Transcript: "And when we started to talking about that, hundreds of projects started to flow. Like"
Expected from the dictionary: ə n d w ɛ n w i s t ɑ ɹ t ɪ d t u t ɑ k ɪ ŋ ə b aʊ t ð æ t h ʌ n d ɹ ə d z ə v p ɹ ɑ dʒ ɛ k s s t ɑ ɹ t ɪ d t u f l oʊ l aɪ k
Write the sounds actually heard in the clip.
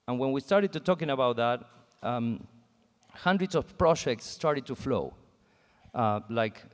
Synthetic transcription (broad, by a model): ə n w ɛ n w i s t ɑ ɹ t ɪ d t u t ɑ k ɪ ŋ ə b aʊ t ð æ t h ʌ n d ɹ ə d s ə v p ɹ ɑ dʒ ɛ k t s t ɑ ɹ t ɪ d t u f l oʊ l aɪ k